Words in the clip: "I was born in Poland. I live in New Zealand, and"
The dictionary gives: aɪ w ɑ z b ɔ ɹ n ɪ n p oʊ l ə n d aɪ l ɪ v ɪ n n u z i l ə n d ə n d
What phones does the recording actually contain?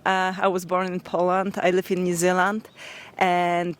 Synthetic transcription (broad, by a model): aɪ w ɑ z b ɔ ɹ n ɪ n p oʊ l ə n d aɪ l ɪ v ɪ n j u z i l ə n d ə n